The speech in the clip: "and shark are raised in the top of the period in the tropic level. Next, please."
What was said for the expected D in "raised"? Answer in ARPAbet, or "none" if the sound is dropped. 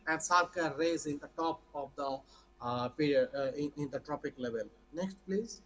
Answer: none